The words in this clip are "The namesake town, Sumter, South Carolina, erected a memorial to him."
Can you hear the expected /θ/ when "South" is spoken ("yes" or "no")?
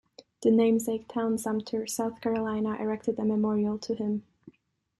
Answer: yes